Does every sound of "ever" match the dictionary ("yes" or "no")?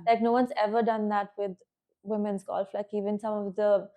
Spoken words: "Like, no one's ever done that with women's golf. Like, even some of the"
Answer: yes